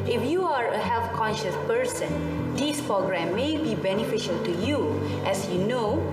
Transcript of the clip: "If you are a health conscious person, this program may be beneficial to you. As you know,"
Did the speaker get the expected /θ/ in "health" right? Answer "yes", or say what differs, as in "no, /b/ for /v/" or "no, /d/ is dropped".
no, /f/ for /θ/